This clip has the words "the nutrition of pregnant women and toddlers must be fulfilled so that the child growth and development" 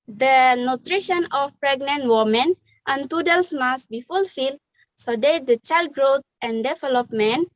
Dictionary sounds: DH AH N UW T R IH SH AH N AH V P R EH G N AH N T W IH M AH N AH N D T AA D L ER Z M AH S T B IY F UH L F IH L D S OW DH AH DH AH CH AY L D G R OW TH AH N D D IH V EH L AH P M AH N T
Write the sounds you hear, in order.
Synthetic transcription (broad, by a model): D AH N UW T R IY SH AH N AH F P R EH G N AH N T W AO M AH N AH N T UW D L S M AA S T B IY F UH L F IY L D S OW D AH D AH CH AY L D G R OW T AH N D D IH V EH L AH P M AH N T